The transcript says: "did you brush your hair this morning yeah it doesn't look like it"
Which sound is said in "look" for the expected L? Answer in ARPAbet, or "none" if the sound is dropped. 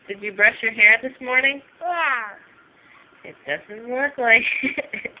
W